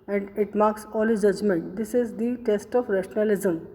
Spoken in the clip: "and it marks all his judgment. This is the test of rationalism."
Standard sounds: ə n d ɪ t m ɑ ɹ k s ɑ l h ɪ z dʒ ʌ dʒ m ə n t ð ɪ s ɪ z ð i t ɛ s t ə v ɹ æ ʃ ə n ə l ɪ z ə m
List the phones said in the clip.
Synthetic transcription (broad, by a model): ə n d ɪ t m ɑ ɹ k s ɑ l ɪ dʒ ʌ dʒ m ə n t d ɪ s ɪ z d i t ɛ s t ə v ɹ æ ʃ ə n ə l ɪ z ə m